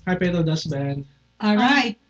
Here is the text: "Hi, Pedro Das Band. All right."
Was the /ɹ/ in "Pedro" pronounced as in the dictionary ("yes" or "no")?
no